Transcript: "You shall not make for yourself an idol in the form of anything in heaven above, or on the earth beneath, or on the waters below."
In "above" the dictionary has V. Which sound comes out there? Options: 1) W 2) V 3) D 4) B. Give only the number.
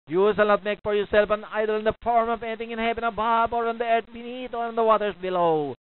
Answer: 4